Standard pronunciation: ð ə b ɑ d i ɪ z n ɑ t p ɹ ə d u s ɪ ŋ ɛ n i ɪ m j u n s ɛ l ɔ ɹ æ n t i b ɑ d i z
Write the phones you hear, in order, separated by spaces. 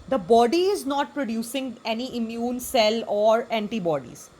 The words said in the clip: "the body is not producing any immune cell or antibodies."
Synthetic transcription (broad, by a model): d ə b ɑ d i ɪ z n ɑ t p ɹ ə d u s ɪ ŋ ɛ n i ɪ m j u n s ɛ l ɔ ɹ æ n t i b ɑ d i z